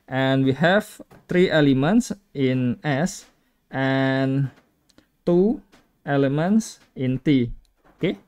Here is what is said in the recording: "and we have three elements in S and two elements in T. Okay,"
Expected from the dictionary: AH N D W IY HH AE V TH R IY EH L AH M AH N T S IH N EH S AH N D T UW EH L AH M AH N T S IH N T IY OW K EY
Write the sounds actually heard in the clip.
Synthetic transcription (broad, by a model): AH N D W IY HH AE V T R IY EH L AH M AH N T S IH N EH S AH N T UW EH L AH M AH N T S IH N T IY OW K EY